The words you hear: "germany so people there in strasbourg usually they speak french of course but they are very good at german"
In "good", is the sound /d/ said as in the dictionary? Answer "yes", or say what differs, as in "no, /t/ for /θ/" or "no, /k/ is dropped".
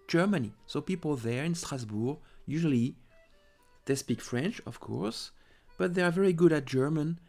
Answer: yes